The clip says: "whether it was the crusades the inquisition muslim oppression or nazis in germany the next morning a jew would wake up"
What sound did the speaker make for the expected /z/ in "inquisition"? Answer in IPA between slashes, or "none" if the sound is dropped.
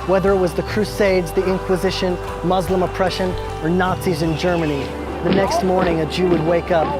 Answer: /z/